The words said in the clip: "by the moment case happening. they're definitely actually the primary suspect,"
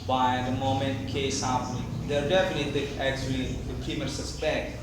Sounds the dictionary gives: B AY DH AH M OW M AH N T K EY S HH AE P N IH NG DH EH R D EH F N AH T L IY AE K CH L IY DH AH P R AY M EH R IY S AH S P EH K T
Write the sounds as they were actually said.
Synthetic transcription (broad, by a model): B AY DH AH M OW M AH N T K EY S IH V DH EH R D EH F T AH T IY AE K CH L IY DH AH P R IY M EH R S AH S P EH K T